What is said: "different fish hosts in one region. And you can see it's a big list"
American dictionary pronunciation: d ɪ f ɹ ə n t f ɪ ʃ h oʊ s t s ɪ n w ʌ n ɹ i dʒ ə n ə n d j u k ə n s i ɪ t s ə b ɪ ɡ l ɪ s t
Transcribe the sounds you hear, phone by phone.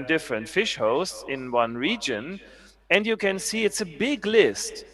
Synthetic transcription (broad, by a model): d ɪ f ɹ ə n t f ɪ ʃ h oʊ s t s ɪ n w ʌ n ɹ i dʒ ə n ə n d j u k ə n s i ɪ t s ə b ɪ ɡ l ɪ s t